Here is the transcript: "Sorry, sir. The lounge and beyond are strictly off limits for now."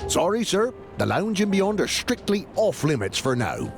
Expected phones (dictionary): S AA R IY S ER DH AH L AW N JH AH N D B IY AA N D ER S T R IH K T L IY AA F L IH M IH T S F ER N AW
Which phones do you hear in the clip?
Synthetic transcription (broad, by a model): S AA R IY S ER DH AH L AW N JH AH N B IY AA N D ER S T R IH K T L IY AA F L IH M IH T S F ER N AW